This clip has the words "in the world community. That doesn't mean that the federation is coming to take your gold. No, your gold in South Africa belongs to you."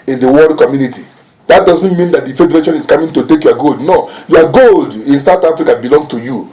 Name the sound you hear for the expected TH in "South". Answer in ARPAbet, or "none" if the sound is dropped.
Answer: T